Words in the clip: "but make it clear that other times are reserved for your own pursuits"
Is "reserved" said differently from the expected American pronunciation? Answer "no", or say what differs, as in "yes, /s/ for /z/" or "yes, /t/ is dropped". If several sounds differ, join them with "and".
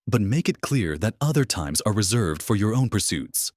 no